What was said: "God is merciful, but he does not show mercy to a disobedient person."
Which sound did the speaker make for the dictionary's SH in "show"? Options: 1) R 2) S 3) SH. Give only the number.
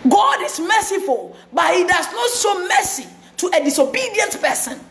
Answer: 2